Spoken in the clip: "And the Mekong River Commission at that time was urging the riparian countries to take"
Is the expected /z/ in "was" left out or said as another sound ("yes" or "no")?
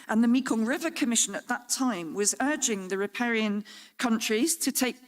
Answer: no